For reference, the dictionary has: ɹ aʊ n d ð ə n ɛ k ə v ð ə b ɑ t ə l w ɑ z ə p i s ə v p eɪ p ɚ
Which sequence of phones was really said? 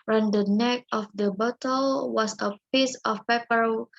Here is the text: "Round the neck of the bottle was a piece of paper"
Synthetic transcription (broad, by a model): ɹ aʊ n d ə n ɛ k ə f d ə b ɑ t ə l w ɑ s ə p i s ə f p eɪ p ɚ